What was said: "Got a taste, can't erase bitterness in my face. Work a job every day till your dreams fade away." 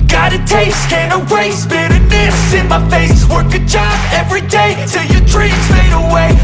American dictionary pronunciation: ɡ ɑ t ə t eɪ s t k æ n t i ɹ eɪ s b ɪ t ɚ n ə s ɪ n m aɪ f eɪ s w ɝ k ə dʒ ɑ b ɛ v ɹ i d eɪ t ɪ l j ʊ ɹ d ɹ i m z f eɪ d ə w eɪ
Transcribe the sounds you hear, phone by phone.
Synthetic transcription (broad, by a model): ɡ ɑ t ə t eɪ s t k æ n i ɹ eɪ s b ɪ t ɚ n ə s ɪ n m aɪ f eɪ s w ɝ k ə dʒ ɑ b ɛ v ɹ i d eɪ t ɪ l j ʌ ɹ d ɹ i z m eɪ d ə w eɪ